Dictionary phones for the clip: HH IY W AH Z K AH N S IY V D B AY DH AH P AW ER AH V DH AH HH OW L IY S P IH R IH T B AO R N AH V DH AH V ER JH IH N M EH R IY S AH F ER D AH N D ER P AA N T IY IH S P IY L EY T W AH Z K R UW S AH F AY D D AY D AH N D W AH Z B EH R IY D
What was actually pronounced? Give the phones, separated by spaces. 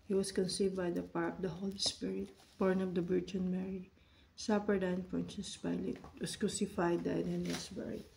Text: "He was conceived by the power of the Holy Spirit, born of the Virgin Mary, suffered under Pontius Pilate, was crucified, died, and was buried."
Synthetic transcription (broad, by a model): HH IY W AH S K AH N S IY V D B AY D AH P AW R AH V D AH HH OW L IY S P IH R IH T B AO R N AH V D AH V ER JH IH N M EH R IY S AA P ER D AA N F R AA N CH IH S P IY L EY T W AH S K R UW S AH F AY D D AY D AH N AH S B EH R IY